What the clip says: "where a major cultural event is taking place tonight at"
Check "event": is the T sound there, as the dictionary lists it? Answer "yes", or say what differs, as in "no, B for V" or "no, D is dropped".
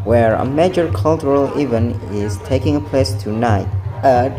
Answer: no, T is dropped